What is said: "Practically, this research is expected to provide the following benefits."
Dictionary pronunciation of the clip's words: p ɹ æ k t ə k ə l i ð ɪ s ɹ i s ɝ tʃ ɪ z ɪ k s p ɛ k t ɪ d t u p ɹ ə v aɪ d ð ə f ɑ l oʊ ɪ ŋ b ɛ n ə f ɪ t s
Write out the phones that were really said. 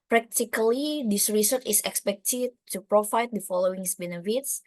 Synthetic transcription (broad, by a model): p ɹ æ k t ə k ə l i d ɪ s ɹ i s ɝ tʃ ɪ s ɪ k s p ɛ k t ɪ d t u p ɹ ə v aɪ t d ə f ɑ l oʊ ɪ ŋ b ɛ n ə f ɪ t s